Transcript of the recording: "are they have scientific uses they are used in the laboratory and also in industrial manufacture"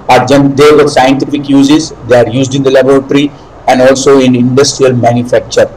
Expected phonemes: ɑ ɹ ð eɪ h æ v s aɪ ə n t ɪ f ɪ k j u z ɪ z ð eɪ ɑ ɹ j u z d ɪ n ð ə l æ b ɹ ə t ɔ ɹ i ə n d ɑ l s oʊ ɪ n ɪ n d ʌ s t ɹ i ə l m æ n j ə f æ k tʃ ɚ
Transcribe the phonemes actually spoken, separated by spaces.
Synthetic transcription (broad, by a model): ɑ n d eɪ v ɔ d s aɪ ə n t ɪ f ɪ k j u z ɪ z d eɪ ɑ ɹ j u z d ɪ n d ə l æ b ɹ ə t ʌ ɹ i ə n d ɑ l s oʊ ɪ n ɪ n d ʌ s t ɹ i ə l m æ n j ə f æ k tʃ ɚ